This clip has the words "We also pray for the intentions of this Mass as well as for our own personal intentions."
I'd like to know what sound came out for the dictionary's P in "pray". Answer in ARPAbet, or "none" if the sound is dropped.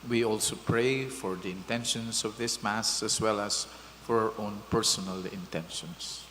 P